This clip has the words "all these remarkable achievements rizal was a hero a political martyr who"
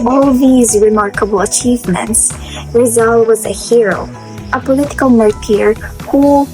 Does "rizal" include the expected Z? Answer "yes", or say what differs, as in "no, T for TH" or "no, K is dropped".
yes